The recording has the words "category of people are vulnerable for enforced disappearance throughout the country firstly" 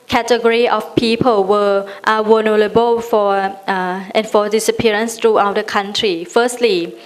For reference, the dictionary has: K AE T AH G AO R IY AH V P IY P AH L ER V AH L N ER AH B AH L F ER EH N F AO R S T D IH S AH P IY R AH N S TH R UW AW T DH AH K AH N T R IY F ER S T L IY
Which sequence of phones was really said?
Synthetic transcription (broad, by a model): K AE T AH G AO R IY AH F P IY P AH L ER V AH W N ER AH B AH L F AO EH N F AO D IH S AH P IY R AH N S T R UW AW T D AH K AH N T R IY F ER S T L IY